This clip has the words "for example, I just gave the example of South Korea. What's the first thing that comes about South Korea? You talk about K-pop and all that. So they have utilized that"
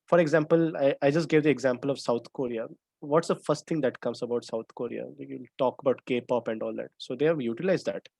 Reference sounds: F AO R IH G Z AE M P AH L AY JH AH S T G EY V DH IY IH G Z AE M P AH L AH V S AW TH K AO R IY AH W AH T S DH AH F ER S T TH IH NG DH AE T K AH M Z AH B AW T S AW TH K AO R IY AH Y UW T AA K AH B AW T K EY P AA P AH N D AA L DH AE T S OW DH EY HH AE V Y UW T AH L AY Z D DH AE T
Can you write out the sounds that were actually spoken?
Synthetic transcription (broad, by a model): F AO R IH G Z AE M P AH L AY JH AH S T G EY V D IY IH G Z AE M P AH L AH V S AW T K AO R IY AH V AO T S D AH F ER S T T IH NG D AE T K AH M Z AH B AW T S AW T K AO R IY AH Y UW T AA K AH B AW T K EY P AA P AH N D AA L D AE T S OW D EY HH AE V Y UW T AH L AY Z D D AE T